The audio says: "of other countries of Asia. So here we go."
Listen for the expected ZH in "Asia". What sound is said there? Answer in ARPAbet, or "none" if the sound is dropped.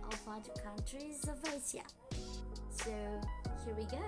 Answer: S